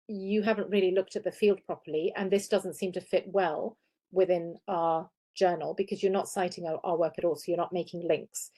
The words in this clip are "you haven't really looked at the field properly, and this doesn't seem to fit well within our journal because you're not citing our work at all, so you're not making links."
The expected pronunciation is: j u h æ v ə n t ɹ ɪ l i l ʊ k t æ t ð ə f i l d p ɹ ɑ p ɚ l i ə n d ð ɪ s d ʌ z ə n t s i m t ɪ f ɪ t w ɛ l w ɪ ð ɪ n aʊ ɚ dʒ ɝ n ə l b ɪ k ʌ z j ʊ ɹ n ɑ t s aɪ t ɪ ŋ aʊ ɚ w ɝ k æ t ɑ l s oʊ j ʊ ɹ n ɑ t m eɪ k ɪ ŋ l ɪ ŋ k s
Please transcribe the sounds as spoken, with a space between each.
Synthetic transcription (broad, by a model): j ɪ h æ v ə n t ɹ ɪ l i l ʊ k t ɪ t ð ə f i l d p ɹ ɑ p ɚ l i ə n ð ɪ s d ʌ z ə n t s i m t ɪ f ɪ t w ɛ l w ɪ ð ɪ n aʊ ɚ dʒ ɝ n ə l b ɪ k ʌ z j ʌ ɹ n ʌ t s aɪ t ɪ ŋ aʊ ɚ w ɝ k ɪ t ɑ l s oʊ j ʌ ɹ n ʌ t m eɪ k ɪ ŋ l ɪ ŋ k s